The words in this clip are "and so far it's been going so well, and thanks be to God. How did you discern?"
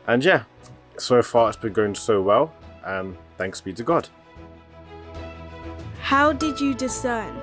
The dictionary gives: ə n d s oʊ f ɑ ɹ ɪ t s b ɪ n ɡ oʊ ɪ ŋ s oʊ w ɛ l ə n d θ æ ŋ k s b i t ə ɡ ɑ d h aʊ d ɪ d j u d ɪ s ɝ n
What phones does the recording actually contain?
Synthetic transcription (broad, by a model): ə n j s oʊ f ɑ ɹ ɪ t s b ɪ n ɡ oʊ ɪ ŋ s oʊ w ɛ l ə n θ æ ŋ k s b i t ə ɡ ɑ d h aʊ d ɪ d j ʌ d ɪ s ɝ n